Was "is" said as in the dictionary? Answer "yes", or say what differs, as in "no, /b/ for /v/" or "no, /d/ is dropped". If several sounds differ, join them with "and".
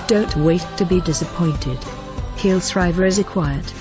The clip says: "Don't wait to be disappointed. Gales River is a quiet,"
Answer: yes